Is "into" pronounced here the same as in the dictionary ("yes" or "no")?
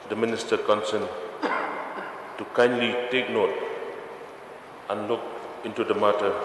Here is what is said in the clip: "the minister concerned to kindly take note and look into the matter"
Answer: yes